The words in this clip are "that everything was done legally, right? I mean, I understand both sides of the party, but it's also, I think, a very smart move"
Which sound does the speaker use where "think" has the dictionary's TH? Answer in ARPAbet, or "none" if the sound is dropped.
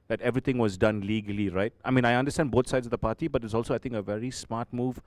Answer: T